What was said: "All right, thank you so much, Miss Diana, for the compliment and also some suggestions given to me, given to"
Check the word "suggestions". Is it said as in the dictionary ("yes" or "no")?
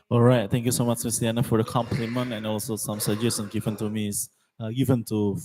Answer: no